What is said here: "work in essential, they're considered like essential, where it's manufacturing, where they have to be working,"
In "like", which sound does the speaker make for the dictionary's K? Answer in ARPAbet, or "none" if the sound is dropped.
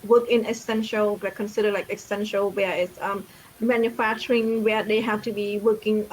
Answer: K